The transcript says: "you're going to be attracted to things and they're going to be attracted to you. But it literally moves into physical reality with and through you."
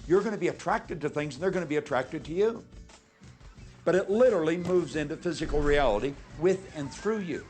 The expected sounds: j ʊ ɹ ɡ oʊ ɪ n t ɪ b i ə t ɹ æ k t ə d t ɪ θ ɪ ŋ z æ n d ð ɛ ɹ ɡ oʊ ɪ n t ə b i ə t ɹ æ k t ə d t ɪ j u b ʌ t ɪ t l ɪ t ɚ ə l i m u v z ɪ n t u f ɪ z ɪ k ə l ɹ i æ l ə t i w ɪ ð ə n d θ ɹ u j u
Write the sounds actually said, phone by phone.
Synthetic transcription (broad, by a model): j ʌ ɹ ɡ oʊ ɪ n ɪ b i ə t ɹ æ k t ə d t ɪ θ ɪ ŋ z n ð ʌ ɹ ɡ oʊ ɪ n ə b i ə t ɹ æ k t ə d t ɪ j u b ʌ t ɪ t l ɪ t ɚ l i m u v z ɪ n t u f ɪ z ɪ k l ɹ i æ l ə t i w ɪ ð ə n θ ɹ u j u